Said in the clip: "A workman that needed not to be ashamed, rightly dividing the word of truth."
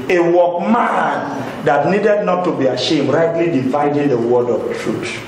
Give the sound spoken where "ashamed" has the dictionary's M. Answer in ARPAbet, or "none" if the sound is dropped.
M